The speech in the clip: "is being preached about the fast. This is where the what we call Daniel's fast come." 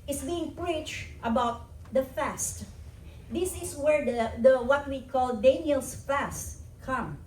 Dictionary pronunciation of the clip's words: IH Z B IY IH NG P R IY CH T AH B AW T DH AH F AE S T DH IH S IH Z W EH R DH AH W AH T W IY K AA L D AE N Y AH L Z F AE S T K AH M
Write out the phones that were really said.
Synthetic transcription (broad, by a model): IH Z B IY IH NG P R IY CH T AH B AW T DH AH F AE S T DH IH S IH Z W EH R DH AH W AH T W IY K AA L D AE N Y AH L S F AE S T K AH M